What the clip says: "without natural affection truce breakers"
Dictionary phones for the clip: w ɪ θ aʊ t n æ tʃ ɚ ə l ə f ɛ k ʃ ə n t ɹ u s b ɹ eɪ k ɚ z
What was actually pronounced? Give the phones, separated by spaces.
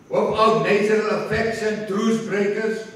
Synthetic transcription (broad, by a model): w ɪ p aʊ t n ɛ tʃ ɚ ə l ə f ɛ k s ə n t ɹ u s b ɹ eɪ k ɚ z